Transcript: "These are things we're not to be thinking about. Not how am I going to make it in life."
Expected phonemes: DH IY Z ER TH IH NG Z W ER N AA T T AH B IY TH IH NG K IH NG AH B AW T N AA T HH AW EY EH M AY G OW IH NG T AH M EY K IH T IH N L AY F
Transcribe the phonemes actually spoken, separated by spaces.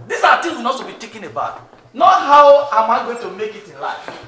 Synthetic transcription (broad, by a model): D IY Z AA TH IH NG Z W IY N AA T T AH B IY T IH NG K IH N AH B AW T N AA T HH AW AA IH M AY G OW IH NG T AH M EY K IH T IH N L AY F